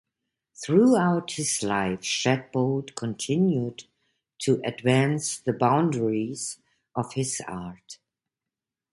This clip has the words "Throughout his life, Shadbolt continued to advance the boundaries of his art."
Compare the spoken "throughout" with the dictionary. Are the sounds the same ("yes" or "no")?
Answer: yes